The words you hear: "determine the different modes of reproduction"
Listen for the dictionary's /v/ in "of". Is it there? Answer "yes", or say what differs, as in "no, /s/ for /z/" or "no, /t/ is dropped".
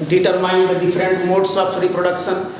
no, /p/ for /v/